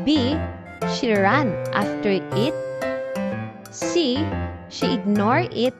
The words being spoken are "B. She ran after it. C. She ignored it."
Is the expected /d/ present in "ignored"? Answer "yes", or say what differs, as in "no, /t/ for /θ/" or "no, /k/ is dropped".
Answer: no, /d/ is dropped